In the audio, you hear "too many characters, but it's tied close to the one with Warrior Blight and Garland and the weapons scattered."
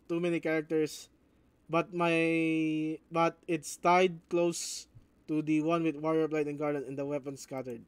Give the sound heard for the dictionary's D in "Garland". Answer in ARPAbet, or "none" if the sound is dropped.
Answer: none